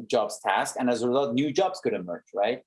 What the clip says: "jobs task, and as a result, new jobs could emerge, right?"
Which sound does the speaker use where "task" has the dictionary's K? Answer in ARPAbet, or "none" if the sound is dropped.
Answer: K